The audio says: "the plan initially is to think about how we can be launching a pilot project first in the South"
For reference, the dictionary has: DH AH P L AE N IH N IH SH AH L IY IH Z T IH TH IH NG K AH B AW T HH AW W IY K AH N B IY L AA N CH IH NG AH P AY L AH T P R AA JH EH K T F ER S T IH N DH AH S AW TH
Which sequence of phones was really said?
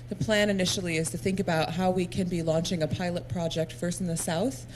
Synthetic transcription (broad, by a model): DH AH P L AE N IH N IH SH L IY IH Z T IH TH IH NG K AH B AW T HH AW W IY K AH N B IY L AA N CH IH NG AH P AY L AH T P R AA JH EH K T F ER S T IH N DH AH S AW TH